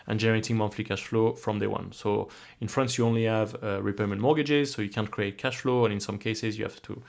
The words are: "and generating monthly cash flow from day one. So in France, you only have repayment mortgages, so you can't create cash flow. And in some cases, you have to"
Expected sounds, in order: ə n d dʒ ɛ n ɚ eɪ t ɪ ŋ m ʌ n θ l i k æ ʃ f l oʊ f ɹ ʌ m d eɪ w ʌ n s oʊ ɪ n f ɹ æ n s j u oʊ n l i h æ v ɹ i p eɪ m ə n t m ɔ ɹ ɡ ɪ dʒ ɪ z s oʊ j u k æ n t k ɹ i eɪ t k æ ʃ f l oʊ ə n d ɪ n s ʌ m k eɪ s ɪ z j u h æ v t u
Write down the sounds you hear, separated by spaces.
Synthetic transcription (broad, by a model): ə n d dʒ ɛ n ɚ eɪ t ɪ ŋ m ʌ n f l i k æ ʃ f l oʊ f ɹ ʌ m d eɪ w ʌ n s oʊ ɪ n f ɹ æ n s j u oʊ n l i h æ v ɹ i p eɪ m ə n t m ɔ ɹ ɡ ɪ dʒ ɪ z s oʊ j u k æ n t k ɹ i eɪ t k æ ʃ f l oʊ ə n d ɪ n s ʌ m k eɪ s ɪ z j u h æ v t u